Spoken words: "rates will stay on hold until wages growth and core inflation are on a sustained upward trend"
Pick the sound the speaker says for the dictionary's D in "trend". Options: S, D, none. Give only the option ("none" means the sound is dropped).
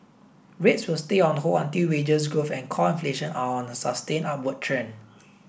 none